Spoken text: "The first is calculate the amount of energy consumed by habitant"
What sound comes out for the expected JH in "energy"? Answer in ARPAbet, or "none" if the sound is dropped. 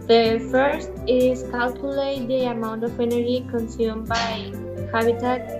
none